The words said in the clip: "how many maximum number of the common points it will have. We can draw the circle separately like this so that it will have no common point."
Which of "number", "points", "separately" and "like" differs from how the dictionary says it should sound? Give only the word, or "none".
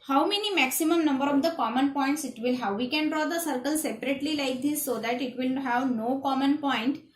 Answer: none